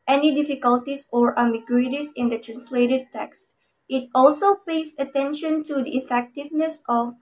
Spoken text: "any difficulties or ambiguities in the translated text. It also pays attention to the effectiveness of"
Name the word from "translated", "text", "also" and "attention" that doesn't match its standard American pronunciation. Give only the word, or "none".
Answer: none